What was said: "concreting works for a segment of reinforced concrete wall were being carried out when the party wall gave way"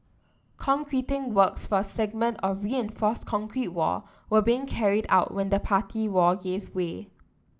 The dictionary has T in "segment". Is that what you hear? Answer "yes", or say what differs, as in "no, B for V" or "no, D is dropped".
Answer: yes